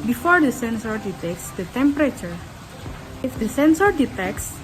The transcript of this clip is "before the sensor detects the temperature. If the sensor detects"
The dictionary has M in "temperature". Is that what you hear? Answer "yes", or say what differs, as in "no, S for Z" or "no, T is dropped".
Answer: yes